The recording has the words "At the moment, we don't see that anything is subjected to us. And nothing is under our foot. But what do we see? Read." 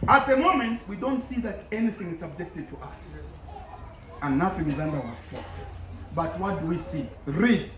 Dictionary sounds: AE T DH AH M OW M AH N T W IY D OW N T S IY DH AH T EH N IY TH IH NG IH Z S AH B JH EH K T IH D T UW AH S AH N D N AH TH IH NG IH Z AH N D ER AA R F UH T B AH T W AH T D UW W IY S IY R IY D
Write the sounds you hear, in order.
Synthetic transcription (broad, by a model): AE T DH AH M OW M AH N T W IY D OW N T S IY DH AH T EH N IY TH IH NG IH Z S AH B JH EH K T IH D T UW AH S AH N N AH TH IH NG IH Z AH N D ER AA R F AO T B AH T W AH T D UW W IY S IY R IY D